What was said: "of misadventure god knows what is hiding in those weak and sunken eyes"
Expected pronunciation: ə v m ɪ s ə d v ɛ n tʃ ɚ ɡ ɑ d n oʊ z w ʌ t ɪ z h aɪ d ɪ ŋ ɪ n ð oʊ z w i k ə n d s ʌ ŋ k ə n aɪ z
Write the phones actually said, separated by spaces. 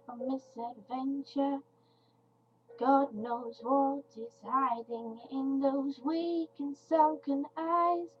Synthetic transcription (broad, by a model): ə m ɪ s ə d v ɛ n tʃ ɚ ɡ ɑ d n oʊ z w ʌ t ɪ z h aɪ d ɪ ŋ ɪ n ð oʊ z w i k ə n s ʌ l k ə n aɪ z